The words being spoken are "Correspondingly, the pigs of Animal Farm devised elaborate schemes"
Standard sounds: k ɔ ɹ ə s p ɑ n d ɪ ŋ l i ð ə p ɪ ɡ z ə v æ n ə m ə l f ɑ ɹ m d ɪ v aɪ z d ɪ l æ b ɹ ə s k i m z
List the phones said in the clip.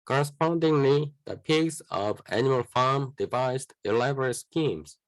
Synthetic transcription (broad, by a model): k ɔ ɹ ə s p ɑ n d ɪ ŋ l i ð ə p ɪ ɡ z ə v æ n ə ə l f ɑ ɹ m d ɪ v aɪ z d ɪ l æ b ɹ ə s k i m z